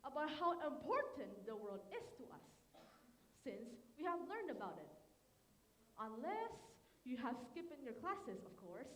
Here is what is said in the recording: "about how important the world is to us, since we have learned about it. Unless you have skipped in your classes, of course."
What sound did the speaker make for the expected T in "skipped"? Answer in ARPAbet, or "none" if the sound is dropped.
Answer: none